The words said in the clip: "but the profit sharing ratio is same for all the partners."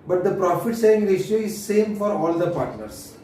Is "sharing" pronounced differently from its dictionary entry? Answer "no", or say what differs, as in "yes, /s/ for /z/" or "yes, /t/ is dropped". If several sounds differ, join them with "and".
yes, /s/ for /ʃ/ and /ɹ/ is dropped